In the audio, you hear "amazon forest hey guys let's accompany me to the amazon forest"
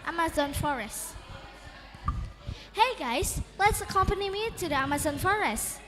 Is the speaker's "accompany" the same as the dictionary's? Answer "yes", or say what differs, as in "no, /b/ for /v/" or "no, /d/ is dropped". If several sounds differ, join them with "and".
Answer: yes